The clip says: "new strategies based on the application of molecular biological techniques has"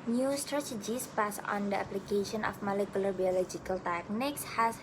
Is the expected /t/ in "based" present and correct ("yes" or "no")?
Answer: no